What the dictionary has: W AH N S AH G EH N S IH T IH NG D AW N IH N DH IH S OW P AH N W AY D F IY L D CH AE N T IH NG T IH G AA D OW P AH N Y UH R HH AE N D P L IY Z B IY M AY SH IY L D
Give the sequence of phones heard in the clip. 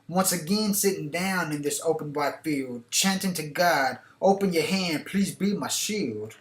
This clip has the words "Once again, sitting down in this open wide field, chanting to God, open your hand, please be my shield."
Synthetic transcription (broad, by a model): W AH N S AH G EH N S IH T IH NG D AW N IH N DH IH S OW P AH N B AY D F IY L D CH AE N T IH NG T IH G AA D OW P AH N Y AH R HH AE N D P L IY Z B IY M AY SH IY L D